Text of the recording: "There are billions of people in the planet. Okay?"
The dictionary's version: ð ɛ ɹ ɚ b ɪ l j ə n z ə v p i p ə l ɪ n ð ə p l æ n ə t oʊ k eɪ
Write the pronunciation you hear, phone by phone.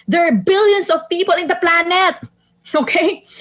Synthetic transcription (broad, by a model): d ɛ ɹ b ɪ l j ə n s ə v p i p ə l ɪ n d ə p l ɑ n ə t oʊ k eɪ